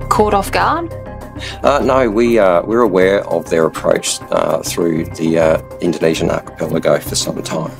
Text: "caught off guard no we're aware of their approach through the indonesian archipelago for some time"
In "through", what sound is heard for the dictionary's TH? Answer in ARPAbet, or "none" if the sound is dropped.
TH